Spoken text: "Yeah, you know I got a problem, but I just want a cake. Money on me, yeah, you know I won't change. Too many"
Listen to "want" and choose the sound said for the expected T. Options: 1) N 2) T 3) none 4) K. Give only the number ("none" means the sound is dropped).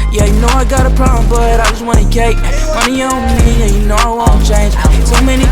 3